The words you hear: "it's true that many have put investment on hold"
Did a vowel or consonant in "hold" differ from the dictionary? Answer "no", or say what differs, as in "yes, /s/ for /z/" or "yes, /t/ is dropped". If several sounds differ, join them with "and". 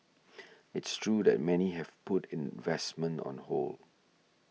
yes, /d/ is dropped